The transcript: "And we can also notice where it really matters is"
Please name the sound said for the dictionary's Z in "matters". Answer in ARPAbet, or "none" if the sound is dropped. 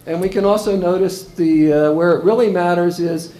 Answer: Z